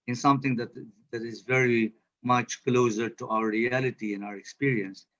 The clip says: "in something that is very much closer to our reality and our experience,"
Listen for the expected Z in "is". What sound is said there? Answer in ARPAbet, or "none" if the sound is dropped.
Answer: Z